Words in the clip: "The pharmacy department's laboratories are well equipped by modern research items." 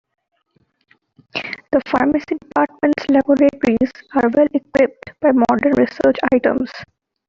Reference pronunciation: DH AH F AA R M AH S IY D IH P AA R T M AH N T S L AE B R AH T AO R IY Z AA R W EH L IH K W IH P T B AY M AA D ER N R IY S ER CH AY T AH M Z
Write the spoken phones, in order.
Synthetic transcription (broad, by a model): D AH F AA R M AH S IY D IH P AA R T M AH N T S L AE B R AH T R IY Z AA R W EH L IH K W IH P T B AY M AA D ER N R IY S ER CH AY T AH M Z